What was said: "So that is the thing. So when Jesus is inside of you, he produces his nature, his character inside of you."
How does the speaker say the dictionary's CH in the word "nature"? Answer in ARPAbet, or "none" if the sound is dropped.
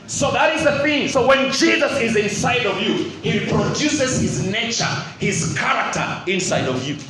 CH